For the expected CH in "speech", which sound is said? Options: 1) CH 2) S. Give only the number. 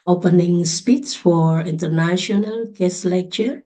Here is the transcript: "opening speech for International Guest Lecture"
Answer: 2